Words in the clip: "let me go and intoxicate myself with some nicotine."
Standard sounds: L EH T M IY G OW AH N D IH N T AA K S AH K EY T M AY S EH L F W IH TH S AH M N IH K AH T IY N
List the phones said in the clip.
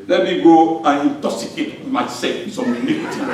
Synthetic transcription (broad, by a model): L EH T M IY G OW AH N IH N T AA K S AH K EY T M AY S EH F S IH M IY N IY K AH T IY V